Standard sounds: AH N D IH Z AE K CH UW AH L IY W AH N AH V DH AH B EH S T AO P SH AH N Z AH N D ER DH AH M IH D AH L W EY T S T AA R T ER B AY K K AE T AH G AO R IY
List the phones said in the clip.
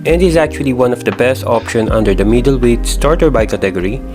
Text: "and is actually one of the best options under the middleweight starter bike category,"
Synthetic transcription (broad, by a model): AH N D IH Z AE K CH UW AH L IY W AH N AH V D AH B EH S T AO P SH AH N AH N D ER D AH M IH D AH L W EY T S T AA R T ER B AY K K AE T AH G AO R IY